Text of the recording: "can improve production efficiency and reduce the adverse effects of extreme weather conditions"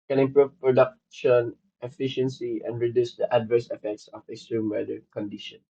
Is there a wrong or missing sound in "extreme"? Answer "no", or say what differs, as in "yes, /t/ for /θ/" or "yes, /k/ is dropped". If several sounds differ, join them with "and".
yes, /k/ is dropped